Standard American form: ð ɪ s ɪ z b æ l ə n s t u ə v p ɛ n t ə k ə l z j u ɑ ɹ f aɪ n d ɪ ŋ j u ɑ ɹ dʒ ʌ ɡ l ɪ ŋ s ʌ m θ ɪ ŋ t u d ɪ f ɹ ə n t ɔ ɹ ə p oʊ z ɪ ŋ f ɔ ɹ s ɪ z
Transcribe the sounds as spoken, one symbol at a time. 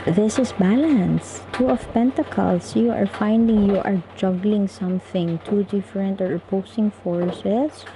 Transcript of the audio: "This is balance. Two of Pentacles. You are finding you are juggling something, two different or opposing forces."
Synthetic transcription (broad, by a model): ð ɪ s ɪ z b æ l ə n s t u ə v p ɛ n t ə k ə l s j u ɑ ɹ f aɪ n d ɪ ŋ j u ɑ ɹ dʒ ʌ ɡ l ɪ ŋ s ʌ m θ ɪ ŋ t u d ɪ f ɹ ə n t ɔ ɹ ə p oʊ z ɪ ŋ f ɔ ɹ s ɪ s